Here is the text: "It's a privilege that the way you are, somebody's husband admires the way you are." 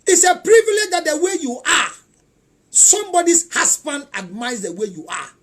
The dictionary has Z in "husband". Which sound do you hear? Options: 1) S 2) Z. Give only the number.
1